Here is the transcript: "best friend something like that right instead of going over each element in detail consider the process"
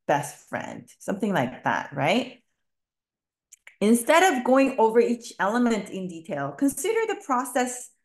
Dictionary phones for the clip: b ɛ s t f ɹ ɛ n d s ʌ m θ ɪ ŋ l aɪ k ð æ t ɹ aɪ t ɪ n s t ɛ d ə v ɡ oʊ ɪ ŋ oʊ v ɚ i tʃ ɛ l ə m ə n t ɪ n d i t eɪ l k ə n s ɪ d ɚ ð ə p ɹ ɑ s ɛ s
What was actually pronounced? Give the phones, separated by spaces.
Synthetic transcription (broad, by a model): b ɛ s t f ɹ ɛ n d s ʌ m θ ɪ ŋ l aɪ k ð æ t ɹ aɪ t ɪ n s t ɛ d ə v ɡ oʊ ɪ ŋ oʊ v ɚ i tʃ ɛ l ə m ə n t ɪ n d i t eɪ l k ə n s ɪ d ɚ ð ə p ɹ ɑ s ɛ s